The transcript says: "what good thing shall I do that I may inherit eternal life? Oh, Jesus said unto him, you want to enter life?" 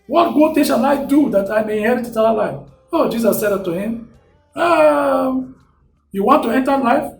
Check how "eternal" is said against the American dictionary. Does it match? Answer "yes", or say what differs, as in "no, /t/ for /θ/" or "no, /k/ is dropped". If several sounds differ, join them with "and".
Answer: no, /n/ is dropped